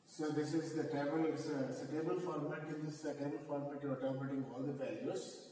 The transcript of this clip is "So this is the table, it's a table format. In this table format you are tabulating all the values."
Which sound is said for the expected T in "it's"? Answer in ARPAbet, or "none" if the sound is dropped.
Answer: S